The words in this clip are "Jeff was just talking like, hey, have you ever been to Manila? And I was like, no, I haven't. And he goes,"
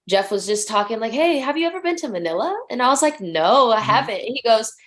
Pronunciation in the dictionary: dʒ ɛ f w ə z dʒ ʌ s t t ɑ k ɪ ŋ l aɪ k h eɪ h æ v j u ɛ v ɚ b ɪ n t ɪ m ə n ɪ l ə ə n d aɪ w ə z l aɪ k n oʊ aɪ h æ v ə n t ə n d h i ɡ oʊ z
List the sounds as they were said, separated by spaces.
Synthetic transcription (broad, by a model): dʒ ɛ f w ə z dʒ ʌ s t t ɑ k ɪ ŋ l aɪ k h eɪ h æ v j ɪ ɛ v ɚ b ɪ n t ɪ m ə n ɪ l ə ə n aɪ w ə z l aɪ k n oʊ aɪ h æ v ə n t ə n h i ɡ oʊ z